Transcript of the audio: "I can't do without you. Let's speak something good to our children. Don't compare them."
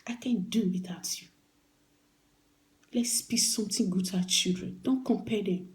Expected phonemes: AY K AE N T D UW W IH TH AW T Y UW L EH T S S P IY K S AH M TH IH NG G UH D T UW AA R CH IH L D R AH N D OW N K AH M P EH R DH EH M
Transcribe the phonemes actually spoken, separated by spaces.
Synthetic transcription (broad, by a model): AY K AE N D UW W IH T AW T Y UW L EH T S S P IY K S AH M T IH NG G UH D T UW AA CH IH L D R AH N D OW N K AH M P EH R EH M